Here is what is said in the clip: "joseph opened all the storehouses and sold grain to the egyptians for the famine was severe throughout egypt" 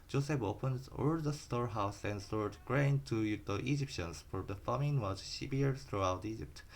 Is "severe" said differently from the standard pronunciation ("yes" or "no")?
yes